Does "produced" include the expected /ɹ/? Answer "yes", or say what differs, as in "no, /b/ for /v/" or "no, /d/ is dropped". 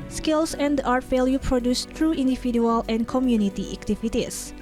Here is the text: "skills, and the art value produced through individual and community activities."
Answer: yes